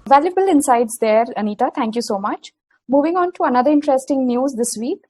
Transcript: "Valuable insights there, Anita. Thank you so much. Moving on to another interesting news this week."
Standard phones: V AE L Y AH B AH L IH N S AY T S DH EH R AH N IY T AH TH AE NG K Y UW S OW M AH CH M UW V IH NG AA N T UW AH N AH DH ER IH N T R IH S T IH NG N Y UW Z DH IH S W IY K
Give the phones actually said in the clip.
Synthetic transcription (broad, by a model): V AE L Y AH B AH L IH N S AY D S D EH R AH N IY T AH T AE NG K Y UW S OW M AH CH M UW V IH NG AA N T UW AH N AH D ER IH N T R IH S T IH NG N Y UW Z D IH S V IY K